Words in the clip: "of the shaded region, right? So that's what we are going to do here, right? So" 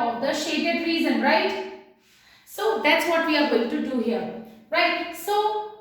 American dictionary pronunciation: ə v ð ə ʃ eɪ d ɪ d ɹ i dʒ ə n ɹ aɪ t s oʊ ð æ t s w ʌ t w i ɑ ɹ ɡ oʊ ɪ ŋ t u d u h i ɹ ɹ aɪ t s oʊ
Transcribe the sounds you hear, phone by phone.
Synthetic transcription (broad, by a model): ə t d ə ʃ eɪ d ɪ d ɹ i z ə n ɹ aɪ t s oʊ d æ t s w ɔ t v i ɑ ɹ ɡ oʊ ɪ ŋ t u d u h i ɹ ɹ aɪ t s oʊ